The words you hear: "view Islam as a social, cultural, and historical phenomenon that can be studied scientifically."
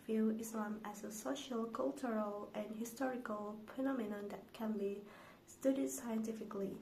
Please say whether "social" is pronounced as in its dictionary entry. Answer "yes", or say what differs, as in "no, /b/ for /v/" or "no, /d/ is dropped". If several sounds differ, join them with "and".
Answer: yes